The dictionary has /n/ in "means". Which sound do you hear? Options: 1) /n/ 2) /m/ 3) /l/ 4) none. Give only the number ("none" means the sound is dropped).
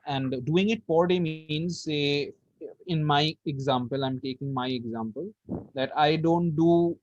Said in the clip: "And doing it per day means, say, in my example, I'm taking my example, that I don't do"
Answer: 1